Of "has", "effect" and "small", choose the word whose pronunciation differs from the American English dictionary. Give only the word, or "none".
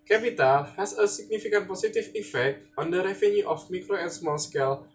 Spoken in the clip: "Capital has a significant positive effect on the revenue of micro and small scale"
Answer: has